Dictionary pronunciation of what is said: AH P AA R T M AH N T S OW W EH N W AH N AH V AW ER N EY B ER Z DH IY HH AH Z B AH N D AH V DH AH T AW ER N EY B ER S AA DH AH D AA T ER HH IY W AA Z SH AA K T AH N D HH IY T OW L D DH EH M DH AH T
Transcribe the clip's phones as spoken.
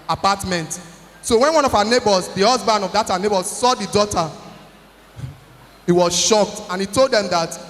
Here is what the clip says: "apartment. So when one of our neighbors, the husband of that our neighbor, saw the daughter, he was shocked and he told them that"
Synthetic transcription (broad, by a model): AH P AA T M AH N T S OW W EH N W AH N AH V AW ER N EY B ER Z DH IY HH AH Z B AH N D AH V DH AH T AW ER N EY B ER S AA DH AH D AA T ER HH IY W AA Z SH AA K T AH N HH IY T OW L D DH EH M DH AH T